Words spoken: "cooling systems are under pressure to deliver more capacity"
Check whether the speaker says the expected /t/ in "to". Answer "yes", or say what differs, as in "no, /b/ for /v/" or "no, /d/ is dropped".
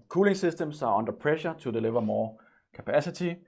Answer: no, /s/ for /t/